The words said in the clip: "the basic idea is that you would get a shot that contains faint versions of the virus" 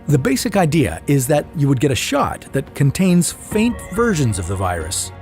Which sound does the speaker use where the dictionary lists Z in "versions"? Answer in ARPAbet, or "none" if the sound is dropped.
Z